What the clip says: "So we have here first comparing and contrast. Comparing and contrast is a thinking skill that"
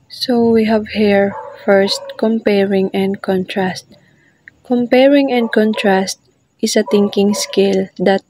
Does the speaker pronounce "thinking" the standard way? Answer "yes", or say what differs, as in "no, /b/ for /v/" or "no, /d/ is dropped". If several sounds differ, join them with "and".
no, /t/ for /θ/